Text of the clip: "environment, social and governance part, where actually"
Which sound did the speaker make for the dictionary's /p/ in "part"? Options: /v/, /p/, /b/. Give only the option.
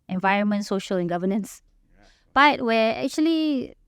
/b/